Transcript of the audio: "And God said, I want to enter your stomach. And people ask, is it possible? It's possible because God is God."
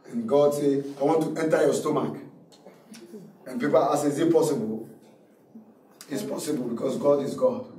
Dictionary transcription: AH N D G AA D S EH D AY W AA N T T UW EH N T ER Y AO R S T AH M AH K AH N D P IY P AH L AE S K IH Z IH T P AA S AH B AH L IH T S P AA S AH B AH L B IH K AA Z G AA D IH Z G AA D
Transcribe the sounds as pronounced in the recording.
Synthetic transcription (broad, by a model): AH N G AA D S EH AY W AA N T T UW EH N T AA Y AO S T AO M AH K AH N P IY P AH L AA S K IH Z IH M P AA S AH B AH L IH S P AA S AH B AH L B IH K AA S G AA D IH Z G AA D